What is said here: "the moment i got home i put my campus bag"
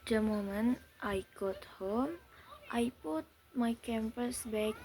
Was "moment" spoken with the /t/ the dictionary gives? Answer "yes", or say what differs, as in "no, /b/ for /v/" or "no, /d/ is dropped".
yes